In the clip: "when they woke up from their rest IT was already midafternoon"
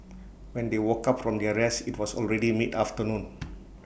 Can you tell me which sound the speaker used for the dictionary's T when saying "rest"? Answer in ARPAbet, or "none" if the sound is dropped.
none